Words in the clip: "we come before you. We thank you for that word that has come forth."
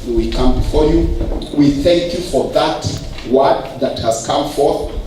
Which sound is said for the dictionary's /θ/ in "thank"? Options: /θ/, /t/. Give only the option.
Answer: /θ/